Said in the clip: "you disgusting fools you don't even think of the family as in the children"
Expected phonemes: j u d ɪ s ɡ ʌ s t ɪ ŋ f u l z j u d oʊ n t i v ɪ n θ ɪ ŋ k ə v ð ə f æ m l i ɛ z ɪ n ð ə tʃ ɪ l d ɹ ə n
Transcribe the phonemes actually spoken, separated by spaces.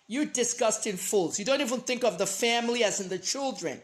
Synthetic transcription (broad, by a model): j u d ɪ s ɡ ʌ s t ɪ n f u l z j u d oʊ n t i v ɪ n θ ɪ ŋ k ə v ð ə f æ m l i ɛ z ɪ n ð ə tʃ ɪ l d ɹ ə n